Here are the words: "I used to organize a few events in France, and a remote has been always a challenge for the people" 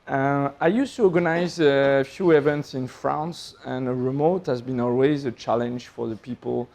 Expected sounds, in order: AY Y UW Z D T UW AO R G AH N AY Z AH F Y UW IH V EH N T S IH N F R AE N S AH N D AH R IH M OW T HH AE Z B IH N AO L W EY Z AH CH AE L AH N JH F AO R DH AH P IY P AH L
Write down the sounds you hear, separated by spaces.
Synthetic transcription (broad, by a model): AY Y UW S T UW AO R G AH N AY Z AH F Y UW IH V EH N T S IH N F R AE N S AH N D AH R IH M OW T HH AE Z B IH N AO L W EY Z AH CH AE L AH N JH F AO R DH AH P IY P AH L